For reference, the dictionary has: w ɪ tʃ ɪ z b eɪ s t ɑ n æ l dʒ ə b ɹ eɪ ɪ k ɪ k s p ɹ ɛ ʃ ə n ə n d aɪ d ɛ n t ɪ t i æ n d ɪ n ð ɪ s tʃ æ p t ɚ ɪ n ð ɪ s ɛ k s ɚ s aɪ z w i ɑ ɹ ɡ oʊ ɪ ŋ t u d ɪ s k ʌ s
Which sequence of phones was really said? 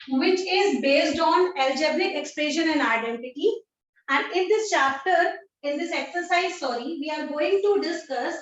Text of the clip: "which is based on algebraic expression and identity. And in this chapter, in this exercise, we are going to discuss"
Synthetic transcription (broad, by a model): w ɪ tʃ ɪ z b eɪ s t ɑ n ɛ l dʒ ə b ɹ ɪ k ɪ k s p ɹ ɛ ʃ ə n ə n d aɪ d ɛ n t ɪ t i æ n d ɪ n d ɪ s tʃ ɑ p t ɚ ɪ n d ɪ s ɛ k s ɚ s aɪ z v i ɑ ɹ ɡ oʊ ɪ ŋ t u d ɪ s k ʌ s